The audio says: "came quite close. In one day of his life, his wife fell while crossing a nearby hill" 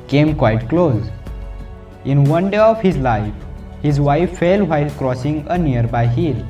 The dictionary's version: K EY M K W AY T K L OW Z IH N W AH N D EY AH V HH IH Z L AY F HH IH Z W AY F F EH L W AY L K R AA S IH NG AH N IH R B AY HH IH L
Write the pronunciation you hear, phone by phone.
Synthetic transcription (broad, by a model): K EY M K W AY T K L OW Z IH N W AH N D EY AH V HH IH Z L AY F HH IH Z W AY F F EH L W AY L K R AA S IH NG AH N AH R B AY HH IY L